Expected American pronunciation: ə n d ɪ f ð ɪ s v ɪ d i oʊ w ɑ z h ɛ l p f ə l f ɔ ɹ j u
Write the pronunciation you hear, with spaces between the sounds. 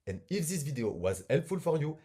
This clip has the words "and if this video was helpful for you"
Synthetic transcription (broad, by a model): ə n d ɪ f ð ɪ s v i d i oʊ w ɑ z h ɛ l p f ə l f ɔ ɹ j u